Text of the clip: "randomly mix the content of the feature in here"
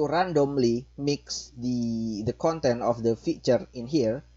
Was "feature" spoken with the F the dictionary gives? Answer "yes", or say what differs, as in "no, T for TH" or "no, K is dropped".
yes